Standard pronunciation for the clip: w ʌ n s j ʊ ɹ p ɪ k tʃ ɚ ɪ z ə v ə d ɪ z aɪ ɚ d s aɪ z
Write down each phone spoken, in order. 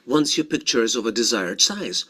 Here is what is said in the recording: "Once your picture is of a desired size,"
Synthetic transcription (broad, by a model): w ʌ n s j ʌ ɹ p ɪ k tʃ ɚ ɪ z ə v ə d ɪ z aɪ ɚ d s aɪ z